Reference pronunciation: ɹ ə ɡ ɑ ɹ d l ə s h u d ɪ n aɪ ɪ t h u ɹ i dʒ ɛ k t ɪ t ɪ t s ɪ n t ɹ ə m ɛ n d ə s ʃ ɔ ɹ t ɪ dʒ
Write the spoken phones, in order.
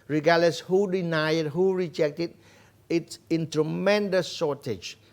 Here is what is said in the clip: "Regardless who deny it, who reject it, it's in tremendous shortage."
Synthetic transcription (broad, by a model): ɹ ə ɡ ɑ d l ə s h u d ɪ n aɪ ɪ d h u ɹ i dʒ ɛ k t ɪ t ɪ t s ɪ n t ɹ ə m ɛ n d ə s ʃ ɔ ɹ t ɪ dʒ